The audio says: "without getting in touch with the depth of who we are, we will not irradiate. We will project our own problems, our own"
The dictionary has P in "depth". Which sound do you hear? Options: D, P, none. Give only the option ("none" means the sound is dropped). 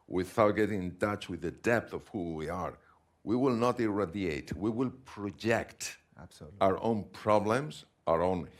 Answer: P